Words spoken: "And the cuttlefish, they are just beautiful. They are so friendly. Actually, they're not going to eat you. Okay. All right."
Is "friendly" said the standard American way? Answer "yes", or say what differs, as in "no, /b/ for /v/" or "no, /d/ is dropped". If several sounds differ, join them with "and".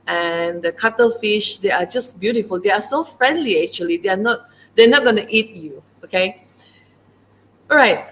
yes